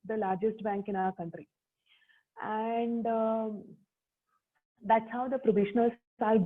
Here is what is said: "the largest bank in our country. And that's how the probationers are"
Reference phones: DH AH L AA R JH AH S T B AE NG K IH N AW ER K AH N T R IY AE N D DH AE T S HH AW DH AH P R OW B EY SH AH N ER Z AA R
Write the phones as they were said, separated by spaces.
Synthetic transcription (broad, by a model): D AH L AA R JH AH S T B AE NG K IH N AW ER K AH N T R IY AE N D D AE T S HH AW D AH P R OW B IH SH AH N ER S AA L